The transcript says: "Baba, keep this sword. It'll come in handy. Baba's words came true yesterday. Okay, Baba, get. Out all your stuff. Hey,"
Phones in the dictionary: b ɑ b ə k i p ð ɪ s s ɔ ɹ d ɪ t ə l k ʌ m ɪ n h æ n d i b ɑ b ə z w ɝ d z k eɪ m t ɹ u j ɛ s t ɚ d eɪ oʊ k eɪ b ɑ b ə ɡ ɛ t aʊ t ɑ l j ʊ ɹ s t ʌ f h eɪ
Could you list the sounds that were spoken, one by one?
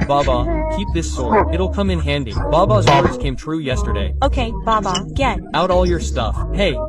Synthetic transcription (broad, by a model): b ɑ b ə k i p ð ɪ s s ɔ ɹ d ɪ t l k ʌ m ɪ n h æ n d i b ɑ b ə z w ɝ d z k eɪ m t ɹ u j ɛ s t ɚ d eɪ oʊ k eɪ b ɑ b ə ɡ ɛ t aʊ t ɑ l j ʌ ɹ s t ʌ f h eɪ